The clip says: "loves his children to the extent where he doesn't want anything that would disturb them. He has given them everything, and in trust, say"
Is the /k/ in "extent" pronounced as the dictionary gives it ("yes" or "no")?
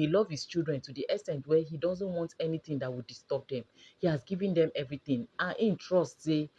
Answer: no